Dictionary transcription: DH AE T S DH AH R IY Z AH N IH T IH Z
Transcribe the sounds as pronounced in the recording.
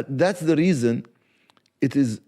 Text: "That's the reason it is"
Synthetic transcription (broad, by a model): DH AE T S DH AH R IY Z AH N IH T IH Z